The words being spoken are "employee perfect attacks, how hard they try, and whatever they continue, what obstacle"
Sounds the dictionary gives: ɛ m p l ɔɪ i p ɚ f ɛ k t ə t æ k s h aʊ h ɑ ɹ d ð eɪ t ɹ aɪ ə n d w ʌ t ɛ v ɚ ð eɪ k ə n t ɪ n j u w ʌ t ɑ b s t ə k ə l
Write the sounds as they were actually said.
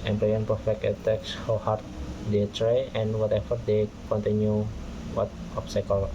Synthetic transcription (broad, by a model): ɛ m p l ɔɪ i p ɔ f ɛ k ə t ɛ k s h aʊ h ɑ ɹ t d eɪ t ɹ aɪ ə n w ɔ t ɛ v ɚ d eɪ k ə n t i n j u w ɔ t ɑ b s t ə k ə l